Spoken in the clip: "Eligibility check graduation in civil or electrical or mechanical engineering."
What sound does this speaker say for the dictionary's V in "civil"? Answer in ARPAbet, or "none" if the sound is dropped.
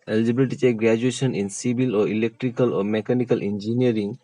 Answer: B